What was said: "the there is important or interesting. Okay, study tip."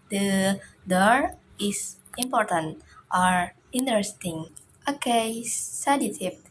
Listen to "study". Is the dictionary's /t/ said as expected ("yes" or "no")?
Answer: no